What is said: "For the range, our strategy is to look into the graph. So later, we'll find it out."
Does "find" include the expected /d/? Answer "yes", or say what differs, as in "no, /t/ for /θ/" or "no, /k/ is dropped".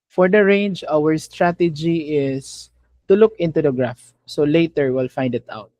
yes